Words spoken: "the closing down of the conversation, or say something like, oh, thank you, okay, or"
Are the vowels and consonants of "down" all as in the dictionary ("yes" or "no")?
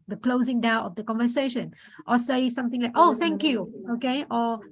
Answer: no